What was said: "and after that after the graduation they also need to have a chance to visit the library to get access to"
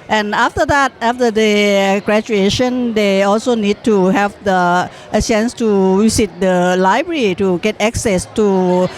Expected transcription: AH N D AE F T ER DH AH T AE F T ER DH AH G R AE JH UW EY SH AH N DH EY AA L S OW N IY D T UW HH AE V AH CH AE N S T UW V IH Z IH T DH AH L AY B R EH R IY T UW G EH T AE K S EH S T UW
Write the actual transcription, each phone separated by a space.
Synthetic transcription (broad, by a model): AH N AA F T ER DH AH T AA F T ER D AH G R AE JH UW EY SH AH N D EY AA L S OW N IY D T UW HH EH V AH CH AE N S T UW W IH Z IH T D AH L AY B R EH R IY T UW G EH T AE K S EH S T UW